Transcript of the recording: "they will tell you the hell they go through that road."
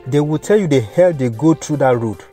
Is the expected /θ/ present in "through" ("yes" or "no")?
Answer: no